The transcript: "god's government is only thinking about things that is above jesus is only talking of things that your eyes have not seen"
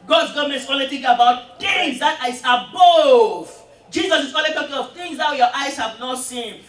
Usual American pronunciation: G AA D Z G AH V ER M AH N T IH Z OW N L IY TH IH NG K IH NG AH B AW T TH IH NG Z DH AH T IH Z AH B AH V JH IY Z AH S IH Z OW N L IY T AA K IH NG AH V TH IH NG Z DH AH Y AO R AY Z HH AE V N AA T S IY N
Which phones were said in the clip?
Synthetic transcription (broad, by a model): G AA D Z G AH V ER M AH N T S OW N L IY T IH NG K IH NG AH B AW T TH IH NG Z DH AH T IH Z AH B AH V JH IY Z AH S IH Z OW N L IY T AA K IH NG AH V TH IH NG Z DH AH Y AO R AY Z HH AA V N AA T S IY N